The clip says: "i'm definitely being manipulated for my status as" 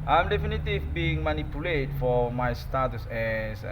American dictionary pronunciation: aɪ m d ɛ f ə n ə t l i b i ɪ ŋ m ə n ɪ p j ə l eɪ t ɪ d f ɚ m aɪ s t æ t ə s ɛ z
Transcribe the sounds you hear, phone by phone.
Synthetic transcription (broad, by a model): aɪ m d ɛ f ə n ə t i b i ɪ ŋ m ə n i p j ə l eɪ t f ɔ m aɪ s t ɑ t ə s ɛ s